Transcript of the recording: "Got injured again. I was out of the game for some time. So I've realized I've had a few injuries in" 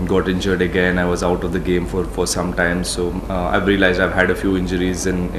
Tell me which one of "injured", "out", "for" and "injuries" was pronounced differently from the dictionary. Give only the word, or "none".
none